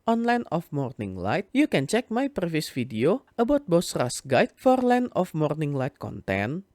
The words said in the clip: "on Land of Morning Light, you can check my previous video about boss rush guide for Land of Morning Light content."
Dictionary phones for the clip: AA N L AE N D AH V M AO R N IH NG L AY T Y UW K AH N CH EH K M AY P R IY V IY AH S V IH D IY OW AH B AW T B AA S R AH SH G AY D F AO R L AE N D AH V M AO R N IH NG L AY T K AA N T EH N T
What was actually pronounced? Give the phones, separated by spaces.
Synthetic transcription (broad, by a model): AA N L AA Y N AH F M AO R N IH NG L AY T Y UW K AH N CH EH K M AY P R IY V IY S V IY D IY OW AH B AW T B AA S R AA S G AY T F AO R L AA N AH F M AO R N IH NG L AY T K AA N T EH N